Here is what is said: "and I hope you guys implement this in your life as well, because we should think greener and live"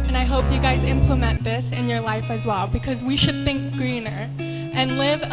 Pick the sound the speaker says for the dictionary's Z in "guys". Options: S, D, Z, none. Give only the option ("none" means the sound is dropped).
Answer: Z